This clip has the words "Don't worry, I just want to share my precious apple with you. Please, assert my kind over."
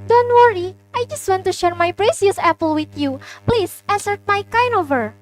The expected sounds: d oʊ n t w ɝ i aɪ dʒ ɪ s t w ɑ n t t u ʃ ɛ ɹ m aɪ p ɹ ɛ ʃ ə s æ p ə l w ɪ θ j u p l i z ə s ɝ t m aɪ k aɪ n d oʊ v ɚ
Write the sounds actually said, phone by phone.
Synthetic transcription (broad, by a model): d oʊ n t w ɝ i aɪ dʒ ɪ s t w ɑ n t t u ʃ ɛ ɹ m aɪ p ɹ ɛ s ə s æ p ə l w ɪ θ j u p l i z ə s ɝ t m aɪ k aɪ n oʊ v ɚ